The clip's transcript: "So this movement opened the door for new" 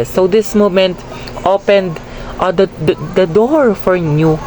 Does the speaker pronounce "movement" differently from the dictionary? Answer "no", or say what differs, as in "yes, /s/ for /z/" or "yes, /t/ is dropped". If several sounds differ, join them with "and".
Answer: yes, /v/ is dropped